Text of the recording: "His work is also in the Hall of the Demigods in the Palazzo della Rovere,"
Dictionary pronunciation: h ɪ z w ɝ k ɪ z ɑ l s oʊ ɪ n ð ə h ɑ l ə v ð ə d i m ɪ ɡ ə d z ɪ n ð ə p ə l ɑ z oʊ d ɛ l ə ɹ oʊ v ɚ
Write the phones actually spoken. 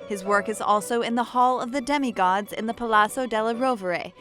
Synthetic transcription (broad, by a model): h ɪ z w ɝ k ɪ z ɑ l s oʊ ɪ n ð ə h ɑ l ə v ð ə d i m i ɡ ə d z ɪ n ð ə p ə l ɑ s oʊ d ɛ l ə ɹ oʊ v ɚ